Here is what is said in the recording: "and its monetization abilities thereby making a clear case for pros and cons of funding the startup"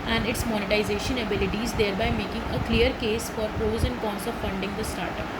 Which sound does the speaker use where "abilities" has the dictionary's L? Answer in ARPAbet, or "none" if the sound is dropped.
L